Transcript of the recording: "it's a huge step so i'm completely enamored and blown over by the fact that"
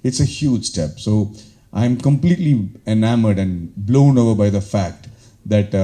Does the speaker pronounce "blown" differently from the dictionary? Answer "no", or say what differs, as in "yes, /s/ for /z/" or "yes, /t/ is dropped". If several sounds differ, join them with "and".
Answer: no